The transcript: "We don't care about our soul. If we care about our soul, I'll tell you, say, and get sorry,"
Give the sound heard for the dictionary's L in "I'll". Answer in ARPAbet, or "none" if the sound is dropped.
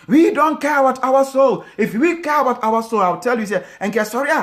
W